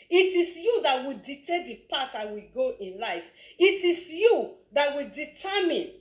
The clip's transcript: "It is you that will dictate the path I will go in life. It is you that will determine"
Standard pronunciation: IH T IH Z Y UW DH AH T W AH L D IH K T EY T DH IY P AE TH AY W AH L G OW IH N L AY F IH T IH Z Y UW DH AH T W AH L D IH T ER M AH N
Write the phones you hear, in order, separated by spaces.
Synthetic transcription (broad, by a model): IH T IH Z Y UW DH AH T W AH D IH T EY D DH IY P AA T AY W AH G OW IH N L AY F IH T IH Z Y UW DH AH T W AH D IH T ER M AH N